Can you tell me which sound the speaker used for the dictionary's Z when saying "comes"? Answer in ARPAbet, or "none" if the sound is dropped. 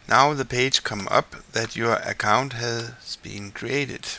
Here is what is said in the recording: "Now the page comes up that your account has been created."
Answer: none